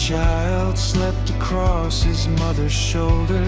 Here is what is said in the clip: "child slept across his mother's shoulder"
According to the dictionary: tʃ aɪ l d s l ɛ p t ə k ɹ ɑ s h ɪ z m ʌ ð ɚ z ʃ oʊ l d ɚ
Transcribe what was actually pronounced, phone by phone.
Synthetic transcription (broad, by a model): tʃ aɪ l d s l ɛ p t ə k ɹ ɑ s h ɪ z m ʌ ð ɚ z ʃ oʊ l d ɚ